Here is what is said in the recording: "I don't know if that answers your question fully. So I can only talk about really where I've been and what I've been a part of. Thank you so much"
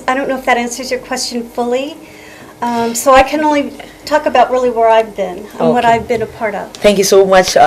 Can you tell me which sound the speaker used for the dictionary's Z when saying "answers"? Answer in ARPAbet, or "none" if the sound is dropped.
Z